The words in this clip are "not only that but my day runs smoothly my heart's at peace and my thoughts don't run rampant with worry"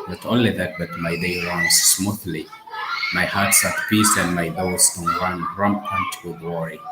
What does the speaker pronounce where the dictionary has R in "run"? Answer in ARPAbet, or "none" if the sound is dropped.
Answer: W